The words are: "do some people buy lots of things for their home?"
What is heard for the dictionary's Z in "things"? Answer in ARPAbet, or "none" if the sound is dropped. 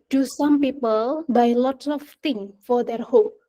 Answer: none